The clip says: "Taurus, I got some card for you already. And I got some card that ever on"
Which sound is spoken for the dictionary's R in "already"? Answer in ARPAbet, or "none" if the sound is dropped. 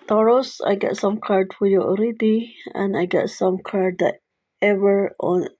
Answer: R